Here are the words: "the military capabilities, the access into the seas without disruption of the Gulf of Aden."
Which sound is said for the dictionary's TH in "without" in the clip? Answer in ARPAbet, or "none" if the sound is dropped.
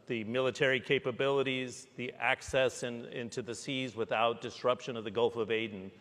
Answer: TH